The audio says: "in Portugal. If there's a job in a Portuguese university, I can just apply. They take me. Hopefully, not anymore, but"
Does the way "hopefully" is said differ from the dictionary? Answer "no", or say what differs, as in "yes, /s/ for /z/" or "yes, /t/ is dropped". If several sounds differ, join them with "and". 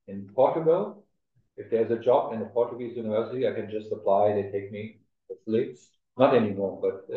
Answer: yes, /p/ is dropped